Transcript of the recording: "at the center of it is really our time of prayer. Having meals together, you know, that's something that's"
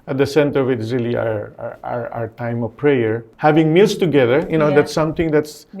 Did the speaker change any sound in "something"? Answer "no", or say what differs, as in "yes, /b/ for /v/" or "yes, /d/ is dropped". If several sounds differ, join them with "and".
yes, /t/ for /θ/